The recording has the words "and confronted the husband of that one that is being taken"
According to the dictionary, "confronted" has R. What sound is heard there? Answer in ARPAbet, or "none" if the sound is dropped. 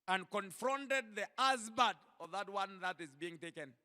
R